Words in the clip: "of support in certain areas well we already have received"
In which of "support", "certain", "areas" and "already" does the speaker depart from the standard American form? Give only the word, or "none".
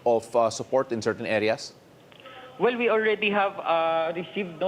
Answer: areas